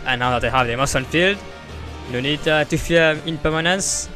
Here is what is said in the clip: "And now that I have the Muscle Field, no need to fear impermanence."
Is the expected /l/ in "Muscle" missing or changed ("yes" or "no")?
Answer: yes